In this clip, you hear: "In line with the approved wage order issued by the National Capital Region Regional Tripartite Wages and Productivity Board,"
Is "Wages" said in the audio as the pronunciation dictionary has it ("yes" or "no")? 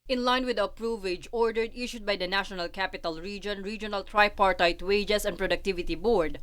no